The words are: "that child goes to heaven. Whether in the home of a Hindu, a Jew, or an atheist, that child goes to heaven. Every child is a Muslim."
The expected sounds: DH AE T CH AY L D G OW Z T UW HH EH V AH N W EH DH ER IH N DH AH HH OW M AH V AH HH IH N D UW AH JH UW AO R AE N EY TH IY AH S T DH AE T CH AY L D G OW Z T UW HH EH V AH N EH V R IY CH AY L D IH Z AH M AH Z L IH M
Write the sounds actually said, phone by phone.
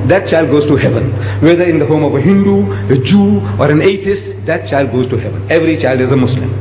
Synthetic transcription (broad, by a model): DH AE T CH AY L D G OW Z T UW HH EH V AH N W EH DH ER IH N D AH HH OW M AH V AH HH IH N D UW AH JH UW AO R AE N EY T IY S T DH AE T CH AY L D G OW Z T UW HH EH V AH N EH V R IY CH AY L D IH Z AH M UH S L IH M